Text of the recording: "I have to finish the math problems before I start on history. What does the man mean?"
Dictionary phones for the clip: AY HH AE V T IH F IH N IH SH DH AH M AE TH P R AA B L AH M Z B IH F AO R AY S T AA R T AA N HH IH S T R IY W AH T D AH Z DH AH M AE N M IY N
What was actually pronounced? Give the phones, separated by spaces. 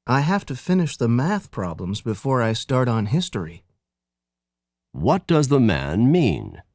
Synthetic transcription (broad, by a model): AY HH AE F T IH F IH N IH SH DH AH M AE TH P R AA B L AH M Z B IH F AO R AY S T AA R T N HH IH S T R IY W AH T D AH Z DH AH M AE N M IY N